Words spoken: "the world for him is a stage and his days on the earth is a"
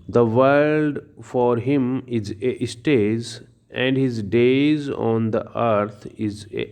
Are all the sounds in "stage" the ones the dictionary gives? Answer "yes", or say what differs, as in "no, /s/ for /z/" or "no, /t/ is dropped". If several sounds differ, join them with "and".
no, /z/ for /dʒ/